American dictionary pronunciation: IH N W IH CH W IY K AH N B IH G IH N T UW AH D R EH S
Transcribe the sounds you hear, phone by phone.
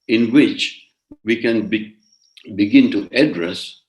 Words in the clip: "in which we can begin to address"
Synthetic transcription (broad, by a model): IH N W IH CH W IY K AH N B IH G IH N T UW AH D R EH S